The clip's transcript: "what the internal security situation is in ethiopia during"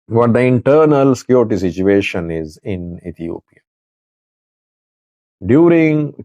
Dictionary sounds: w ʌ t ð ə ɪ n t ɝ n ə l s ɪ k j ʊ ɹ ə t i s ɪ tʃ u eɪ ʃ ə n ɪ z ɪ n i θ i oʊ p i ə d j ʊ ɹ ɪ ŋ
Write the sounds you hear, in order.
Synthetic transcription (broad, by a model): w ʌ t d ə ɪ n t ɝ n ə l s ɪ k j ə t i s ɪ tʃ u eɪ ʃ ə n ɪ z ɪ n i t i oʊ p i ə d j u ɹ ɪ ŋ